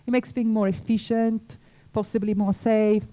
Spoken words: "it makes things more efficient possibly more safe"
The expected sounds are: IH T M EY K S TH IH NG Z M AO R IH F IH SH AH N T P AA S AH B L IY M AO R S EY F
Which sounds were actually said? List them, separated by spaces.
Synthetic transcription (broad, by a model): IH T M EY K S F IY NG M AO R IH F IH SH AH N T P AA S AH B L IY M AO R S EY F